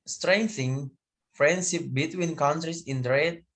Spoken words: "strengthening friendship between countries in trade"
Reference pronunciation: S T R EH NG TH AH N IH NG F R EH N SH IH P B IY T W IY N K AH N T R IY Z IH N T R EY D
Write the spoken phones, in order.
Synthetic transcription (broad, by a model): S T R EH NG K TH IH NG F R EH N SH IH P B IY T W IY N K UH N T R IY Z IH N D R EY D